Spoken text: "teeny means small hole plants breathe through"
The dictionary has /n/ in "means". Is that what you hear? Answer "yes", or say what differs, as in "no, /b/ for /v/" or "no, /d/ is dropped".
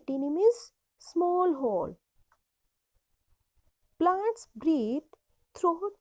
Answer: no, /n/ is dropped